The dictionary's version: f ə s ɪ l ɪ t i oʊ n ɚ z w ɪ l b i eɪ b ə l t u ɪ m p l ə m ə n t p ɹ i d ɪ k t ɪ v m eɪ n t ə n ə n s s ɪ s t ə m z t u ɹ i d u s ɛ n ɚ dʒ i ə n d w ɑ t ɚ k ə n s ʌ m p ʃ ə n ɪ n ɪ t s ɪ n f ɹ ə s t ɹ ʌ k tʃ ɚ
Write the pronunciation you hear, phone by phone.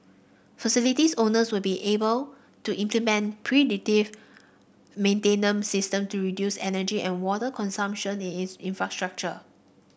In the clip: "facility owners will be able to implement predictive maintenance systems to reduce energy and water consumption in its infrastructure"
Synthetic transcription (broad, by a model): f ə s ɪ l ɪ t i oʊ n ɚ s w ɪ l b i eɪ b ə l t u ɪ m p l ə m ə n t p ɹ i d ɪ t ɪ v m eɪ n t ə n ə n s s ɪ s t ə m t u ɹ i d u s ɛ n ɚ dʒ i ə n w ɑ t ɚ k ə n s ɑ m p ʃ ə n ɪ n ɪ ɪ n f ɹ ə s t ɹ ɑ k tʃ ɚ